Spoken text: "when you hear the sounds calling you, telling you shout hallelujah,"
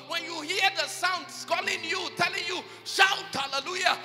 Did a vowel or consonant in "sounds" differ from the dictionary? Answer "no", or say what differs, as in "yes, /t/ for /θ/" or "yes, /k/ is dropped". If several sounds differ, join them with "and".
yes, /s/ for /z/